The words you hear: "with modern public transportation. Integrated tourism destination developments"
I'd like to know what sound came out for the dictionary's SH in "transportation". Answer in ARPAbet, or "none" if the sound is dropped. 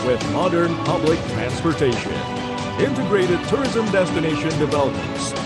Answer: SH